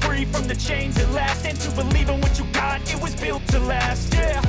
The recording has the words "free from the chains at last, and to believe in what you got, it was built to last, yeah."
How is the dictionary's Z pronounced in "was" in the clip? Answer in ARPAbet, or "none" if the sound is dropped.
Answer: Z